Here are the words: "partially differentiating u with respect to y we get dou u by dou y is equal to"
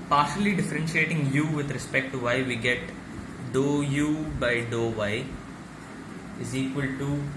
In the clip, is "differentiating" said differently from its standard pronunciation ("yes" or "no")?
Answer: no